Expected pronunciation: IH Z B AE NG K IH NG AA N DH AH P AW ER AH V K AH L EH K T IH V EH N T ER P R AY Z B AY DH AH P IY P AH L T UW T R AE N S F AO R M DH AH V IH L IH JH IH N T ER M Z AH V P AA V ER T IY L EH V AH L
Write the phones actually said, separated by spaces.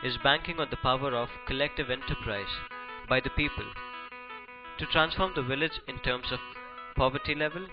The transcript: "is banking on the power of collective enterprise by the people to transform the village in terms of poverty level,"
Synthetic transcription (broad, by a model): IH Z B AE NG K IH NG AA N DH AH P AW ER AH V K AH L EH K T IH V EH N T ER P R AY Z B AY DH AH P IY P AH L T UW T R AE N S F AO R M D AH V IH L IH JH IH N T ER M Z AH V P AA V ER T IY L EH V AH L